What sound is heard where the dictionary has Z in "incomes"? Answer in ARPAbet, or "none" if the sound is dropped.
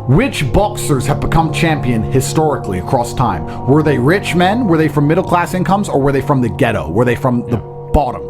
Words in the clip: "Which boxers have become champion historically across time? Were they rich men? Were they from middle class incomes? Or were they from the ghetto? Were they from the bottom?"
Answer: Z